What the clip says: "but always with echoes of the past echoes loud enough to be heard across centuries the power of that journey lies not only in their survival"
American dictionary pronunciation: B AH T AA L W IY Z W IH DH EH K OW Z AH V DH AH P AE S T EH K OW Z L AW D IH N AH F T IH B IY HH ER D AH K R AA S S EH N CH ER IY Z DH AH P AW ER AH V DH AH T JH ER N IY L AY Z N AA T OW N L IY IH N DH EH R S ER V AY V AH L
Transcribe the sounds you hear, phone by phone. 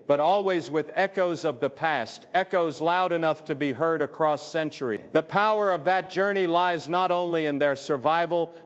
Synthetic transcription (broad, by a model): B AH T AA L W IY Z W IH DH EH K OW Z AH V DH AH P AE S T EH K OW Z L AW D IH N AH F T IH B IY HH ER D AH K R AA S S EH N CH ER IY DH AH P AW ER AH V DH AH T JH ER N IY L AY Z N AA T OW N L IY IH N DH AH R S ER V AY V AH L